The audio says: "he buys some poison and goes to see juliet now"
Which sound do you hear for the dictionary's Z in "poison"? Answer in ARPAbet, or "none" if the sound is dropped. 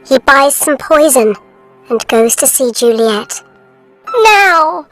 Z